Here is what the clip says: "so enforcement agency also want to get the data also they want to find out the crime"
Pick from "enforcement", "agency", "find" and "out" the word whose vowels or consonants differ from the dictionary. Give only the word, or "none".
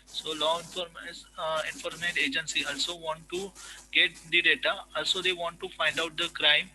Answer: enforcement